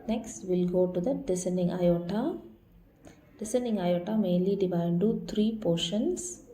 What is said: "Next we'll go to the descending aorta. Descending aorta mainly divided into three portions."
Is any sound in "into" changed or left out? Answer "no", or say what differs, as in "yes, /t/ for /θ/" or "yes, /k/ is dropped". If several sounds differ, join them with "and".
yes, /n/ is dropped